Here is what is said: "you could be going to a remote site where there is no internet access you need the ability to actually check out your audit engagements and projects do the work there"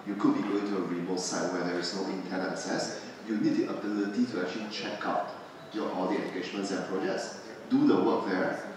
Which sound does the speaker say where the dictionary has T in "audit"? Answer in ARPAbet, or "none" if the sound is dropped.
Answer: none